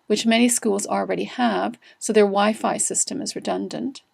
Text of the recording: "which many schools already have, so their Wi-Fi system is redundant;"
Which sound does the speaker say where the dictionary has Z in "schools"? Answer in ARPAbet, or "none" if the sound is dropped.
Z